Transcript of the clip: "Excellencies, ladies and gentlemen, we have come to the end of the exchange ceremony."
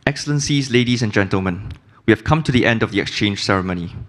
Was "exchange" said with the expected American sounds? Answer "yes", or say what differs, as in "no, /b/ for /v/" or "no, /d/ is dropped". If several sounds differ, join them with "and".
yes